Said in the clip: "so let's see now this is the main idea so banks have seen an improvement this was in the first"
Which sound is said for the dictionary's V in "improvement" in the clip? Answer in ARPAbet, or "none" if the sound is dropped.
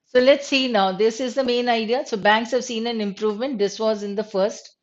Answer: V